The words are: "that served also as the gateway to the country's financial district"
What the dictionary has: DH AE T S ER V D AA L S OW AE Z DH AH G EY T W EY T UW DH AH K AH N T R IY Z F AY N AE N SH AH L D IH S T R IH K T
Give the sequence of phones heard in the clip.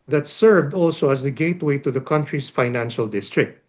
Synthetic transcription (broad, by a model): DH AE T S ER V D AA L S OW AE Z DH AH G EY T W EY T UW DH AH K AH N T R IY S F AY N AE N SH AH L D IH S T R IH K T